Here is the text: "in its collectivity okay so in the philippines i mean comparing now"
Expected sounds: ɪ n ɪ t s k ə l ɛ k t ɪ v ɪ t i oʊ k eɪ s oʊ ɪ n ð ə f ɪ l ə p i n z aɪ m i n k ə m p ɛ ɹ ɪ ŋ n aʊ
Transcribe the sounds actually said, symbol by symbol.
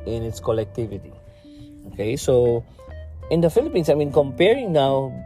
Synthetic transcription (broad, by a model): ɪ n ɪ t s k ə l ɛ k t ɪ v ɪ t i oʊ k eɪ s oʊ ɪ n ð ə f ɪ l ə p i n s aɪ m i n k ə m p ɛ ɹ ɪ ŋ n aʊ